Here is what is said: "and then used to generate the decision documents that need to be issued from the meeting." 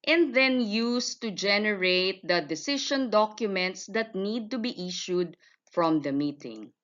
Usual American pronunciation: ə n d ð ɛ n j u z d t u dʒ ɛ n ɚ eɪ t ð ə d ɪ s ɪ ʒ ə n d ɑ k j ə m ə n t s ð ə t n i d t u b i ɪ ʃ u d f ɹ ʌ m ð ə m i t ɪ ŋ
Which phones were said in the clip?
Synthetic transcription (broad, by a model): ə n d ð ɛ n j u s t u dʒ ɛ n ɚ eɪ t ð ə d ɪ s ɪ ʃ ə n d ɑ k j ə m ə n t s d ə t n i d t u b i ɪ ʃ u d f ɹ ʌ m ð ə m i t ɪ ŋ